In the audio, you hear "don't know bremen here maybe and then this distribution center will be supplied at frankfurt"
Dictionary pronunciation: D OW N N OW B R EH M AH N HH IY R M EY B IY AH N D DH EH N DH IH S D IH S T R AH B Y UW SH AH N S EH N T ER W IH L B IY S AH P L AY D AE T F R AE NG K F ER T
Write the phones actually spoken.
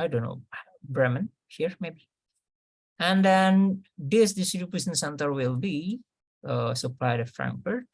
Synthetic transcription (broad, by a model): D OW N N OW B R EH M AH N HH IY R M EY B IY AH N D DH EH N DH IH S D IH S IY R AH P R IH S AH N S EH N T ER W IH L B IY S AH P L AY D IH F R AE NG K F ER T